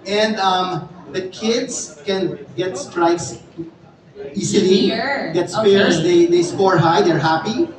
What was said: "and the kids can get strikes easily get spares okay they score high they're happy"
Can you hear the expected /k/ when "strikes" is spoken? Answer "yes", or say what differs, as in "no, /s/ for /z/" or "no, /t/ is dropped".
no, /k/ is dropped